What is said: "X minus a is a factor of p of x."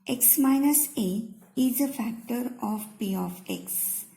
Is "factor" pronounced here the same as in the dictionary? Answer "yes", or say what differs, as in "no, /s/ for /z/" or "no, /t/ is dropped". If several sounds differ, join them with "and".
yes